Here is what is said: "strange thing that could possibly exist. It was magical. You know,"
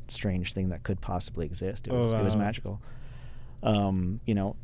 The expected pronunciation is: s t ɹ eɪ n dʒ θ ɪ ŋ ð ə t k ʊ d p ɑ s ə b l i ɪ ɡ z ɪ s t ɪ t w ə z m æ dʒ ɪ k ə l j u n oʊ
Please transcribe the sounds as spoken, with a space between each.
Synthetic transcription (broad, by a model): s t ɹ eɪ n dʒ θ ɪ ŋ ð ə t k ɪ d p ɑ s ə b l i ɪ ɡ z ɪ s t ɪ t w ə z m æ dʒ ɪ k ə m j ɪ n oʊ